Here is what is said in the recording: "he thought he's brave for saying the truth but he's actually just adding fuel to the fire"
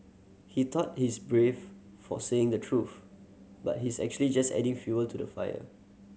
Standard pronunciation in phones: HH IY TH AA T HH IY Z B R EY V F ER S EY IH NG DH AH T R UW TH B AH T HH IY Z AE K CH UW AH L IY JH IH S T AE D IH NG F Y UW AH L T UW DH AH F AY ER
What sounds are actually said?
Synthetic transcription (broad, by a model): HH IY T AA T HH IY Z B R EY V F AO S EY IH NG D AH T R UW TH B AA T HH IY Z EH K CH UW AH L IY JH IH S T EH D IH NG F Y UW AH L T UW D AH F AY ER